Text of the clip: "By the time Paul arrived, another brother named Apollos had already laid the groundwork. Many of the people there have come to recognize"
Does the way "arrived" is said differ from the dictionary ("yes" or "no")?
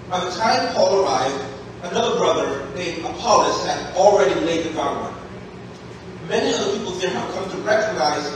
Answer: no